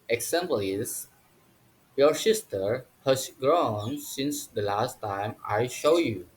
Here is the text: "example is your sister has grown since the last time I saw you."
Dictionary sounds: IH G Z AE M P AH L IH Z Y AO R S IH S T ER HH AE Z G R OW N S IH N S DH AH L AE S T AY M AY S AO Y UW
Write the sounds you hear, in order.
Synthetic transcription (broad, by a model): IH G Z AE M P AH L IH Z Y AO R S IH S T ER HH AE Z G R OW N S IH N S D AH L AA S T AY M AY SH AO Y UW